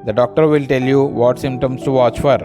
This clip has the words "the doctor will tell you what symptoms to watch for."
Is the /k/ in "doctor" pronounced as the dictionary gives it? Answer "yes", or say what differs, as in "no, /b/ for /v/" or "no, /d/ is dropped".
yes